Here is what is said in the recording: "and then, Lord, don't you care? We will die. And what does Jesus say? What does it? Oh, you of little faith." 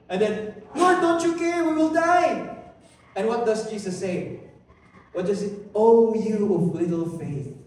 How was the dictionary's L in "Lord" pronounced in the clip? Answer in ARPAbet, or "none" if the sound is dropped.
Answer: N